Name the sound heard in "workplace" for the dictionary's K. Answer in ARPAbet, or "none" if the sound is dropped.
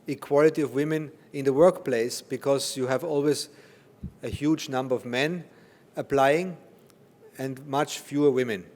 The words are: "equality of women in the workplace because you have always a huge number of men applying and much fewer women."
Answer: K